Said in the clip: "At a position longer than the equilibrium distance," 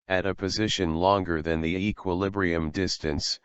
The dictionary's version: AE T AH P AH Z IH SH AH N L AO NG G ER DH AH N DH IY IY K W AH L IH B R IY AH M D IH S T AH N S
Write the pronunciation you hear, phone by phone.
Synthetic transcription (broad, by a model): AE T AH P AH Z IH SH AH N L AO NG G ER DH AH N DH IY IY K W AH L IH B R IY AH M D IH S T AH N S